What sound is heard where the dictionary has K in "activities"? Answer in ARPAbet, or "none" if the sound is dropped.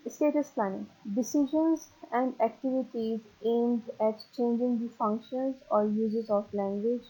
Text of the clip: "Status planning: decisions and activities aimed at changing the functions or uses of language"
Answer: K